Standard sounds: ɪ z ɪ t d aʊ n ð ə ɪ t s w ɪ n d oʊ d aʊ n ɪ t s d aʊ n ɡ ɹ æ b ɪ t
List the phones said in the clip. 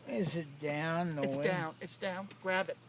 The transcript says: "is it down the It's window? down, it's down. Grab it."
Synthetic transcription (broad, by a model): ɪ z ɪ t d aʊ n ð ə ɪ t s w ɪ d d aʊ n ɪ t s d aʊ n ɡ ɹ æ b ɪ t